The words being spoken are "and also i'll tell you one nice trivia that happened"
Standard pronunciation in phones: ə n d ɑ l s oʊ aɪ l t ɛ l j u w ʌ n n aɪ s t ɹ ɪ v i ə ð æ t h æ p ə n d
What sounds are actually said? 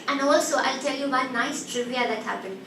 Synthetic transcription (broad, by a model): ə n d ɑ l s oʊ aɪ l t ɛ l j u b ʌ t n aɪ s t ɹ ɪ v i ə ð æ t h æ p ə n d